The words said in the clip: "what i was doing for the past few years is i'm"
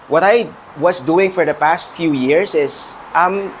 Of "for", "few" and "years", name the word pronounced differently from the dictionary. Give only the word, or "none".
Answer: years